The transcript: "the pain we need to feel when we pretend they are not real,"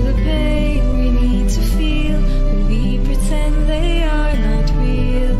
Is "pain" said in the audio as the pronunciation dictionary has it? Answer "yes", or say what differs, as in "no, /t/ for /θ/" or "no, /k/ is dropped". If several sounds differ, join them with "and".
no, /b/ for /p/